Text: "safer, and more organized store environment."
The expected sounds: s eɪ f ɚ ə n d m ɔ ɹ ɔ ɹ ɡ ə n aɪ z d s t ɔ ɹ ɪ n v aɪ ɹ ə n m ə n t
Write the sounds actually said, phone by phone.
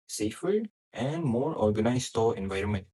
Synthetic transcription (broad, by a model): s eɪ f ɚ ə l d m ɔ ɹ ɔ ɹ ɡ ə n aɪ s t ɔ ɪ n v aɪ ɹ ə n m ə n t